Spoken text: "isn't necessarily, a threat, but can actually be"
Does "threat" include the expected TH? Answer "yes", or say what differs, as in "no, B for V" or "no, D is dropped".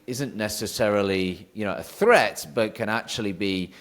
yes